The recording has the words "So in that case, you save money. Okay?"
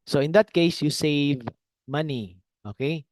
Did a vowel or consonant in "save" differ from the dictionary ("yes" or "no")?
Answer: no